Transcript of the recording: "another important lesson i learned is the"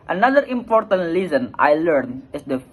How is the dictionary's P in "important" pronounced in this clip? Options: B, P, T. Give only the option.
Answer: P